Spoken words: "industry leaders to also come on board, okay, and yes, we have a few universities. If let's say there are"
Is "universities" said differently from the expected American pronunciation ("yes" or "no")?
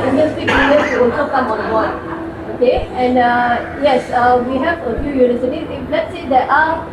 yes